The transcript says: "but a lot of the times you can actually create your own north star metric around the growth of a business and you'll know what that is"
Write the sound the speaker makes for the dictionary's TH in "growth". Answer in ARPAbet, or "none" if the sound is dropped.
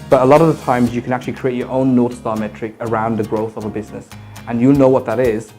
TH